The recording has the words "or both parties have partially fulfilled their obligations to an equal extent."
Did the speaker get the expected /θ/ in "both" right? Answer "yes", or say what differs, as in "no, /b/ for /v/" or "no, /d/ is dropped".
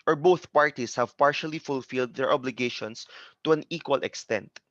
yes